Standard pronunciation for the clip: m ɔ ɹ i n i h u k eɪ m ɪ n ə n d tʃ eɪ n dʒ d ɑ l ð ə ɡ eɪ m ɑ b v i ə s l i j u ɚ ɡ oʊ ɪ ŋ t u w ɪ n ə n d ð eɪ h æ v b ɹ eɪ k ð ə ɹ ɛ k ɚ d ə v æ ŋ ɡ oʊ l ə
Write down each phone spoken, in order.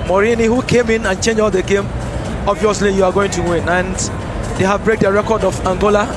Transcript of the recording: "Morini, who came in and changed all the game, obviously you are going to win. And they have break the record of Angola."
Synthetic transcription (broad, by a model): m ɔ ɹ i n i h u k eɪ m ɪ n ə n tʃ eɪ n dʒ ɑ l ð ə ɡ eɪ m ɑ b v i ə s l i j u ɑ ɡ oʊ ɪ ŋ t u w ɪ n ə n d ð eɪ h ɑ v b ɹ eɪ k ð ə ɹ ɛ k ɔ d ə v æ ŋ ɡ oʊ l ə